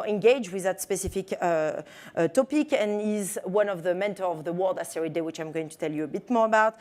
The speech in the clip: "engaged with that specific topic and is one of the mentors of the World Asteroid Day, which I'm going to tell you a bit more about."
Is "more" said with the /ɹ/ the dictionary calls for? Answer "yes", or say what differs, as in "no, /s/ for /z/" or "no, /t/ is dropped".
yes